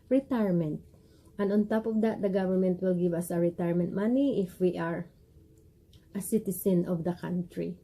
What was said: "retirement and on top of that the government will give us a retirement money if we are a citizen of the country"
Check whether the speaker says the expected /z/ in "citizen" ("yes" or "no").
no